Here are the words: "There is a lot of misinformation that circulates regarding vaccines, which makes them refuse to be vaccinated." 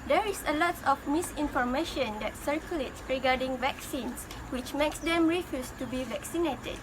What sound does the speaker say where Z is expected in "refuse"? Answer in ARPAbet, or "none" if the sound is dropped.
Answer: S